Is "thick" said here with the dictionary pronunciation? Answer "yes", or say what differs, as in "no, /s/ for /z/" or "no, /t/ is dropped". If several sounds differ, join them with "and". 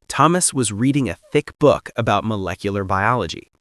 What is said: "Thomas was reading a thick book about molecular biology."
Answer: yes